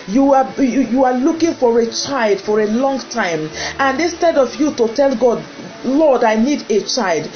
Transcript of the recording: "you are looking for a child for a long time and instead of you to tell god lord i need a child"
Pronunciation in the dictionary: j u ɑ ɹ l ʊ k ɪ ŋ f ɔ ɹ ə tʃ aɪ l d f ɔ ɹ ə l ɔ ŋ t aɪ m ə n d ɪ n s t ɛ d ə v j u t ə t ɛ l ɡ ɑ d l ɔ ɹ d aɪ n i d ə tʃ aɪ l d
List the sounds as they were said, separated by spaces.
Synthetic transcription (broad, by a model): j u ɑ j l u k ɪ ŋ f ɔ ɹ ə tʃ aɪ l d f ɔ ɹ ə l ɔ ŋ t aɪ m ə n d ɪ n s t ɛ d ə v j u t ə t ɛ l ɡ ɑ d l ɔ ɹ d aɪ n i d ə tʃ aɪ l d